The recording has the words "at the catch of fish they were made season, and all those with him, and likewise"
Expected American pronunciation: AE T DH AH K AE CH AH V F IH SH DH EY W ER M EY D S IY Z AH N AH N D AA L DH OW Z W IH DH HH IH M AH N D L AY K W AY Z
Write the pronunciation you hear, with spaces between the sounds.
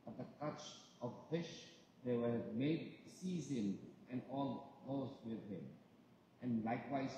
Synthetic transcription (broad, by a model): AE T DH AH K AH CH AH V F IH SH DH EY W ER M EY D S IY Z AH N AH N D AA L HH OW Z W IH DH HH IH M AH N L AY K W AY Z